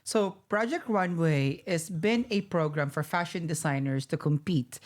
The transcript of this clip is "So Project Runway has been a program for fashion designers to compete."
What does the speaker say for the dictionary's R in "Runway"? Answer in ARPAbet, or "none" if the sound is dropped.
W